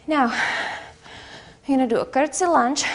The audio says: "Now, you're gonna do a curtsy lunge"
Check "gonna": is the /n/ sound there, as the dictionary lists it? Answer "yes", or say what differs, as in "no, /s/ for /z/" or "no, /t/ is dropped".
no, /n/ is dropped